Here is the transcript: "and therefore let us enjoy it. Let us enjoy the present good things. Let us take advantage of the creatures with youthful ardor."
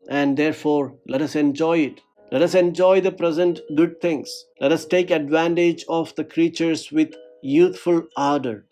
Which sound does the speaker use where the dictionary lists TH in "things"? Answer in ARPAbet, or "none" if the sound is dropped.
T